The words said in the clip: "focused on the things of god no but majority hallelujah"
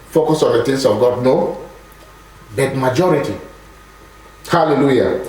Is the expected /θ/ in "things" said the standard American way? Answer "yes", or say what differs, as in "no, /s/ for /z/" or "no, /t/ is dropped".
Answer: no, /t/ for /θ/